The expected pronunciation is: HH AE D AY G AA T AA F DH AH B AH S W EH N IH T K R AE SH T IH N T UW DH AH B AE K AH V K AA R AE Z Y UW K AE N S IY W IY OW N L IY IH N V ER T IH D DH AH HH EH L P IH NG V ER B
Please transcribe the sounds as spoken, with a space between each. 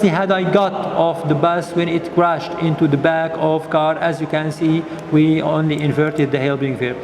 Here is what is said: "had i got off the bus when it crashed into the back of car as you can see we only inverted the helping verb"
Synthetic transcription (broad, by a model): HH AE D AY G AA T AA F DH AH B AH S W EH N IH T K R AE SH T IH N T UW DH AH B AE K AH V K AA R AE Z Y UW K AE N S IY W IY OW N L IY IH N V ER T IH D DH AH HH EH L B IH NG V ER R